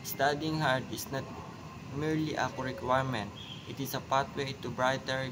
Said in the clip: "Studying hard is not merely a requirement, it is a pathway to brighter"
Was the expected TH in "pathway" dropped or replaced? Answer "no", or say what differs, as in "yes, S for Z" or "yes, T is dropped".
yes, T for TH